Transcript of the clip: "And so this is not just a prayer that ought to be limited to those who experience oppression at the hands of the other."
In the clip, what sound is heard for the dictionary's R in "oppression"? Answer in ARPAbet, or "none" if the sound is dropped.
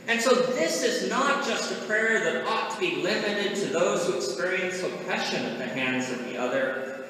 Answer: none